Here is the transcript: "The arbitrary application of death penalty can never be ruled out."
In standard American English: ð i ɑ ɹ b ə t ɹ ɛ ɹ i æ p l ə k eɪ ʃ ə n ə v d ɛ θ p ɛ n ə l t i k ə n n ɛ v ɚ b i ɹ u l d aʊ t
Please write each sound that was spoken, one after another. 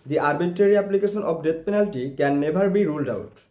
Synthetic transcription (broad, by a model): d i ɑ ɹ b ə t ɹ ɛ ɹ i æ p l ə k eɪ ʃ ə n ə p d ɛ t p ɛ n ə l t i k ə n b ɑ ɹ b i ɹ u l d aʊ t